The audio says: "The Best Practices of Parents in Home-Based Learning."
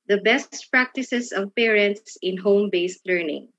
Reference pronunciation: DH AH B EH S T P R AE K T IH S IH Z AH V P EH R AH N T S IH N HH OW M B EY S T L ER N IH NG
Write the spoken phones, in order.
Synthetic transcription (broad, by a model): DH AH B EH S T P R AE K T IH S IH S AH V P EH R AH N T S IH N HH OW M B EY S T L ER N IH NG